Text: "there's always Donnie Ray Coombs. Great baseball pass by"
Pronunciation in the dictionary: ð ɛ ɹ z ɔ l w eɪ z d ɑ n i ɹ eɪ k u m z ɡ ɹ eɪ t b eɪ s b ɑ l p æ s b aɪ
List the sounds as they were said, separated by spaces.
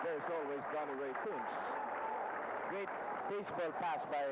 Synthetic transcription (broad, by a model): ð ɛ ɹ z ɔ l w eɪ z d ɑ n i w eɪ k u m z ɡ ɹ eɪ t b eɪ s b ɑ l p æ s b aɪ